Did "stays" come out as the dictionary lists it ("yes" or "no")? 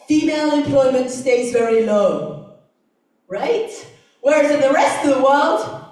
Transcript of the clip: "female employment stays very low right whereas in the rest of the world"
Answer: yes